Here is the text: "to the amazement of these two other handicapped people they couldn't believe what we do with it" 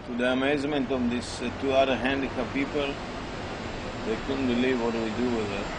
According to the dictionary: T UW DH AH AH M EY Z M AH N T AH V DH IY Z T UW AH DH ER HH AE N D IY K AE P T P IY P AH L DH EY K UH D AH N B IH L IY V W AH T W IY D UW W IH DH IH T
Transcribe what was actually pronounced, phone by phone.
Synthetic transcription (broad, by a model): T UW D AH AH M EY Z M AH N T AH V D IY S T UW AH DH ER HH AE N D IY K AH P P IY P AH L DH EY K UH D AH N B IH L IY V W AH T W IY D UW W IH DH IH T